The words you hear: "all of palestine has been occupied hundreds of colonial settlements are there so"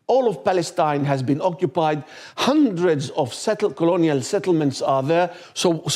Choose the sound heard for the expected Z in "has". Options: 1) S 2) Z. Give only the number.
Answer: 2